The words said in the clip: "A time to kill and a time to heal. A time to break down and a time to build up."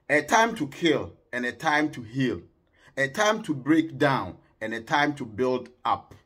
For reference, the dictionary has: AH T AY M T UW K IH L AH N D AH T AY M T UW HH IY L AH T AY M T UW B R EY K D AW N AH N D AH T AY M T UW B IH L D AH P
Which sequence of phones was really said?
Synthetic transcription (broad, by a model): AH T AY M T UW K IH L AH N AH T AY M T UW HH IY L AH T AY M T UW B R EY K D AW N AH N AH T AY M T UW B IH L D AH P